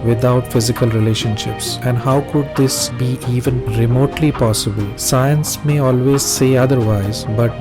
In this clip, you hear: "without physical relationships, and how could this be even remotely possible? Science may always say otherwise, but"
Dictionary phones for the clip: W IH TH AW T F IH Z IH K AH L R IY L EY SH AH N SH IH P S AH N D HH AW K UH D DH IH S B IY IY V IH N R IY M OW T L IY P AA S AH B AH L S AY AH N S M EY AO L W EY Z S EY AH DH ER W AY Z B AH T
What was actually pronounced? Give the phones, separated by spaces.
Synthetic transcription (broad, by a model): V IH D AW T F IH Z IH K AH L R IY L EY SH AH N SH IH P S AH N D HH AW K UH D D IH S B IY IY V IH N R IY M OW T L IY P AA S AH B AH L S AY AH N S M EY AO L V EY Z S EY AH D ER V AY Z B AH T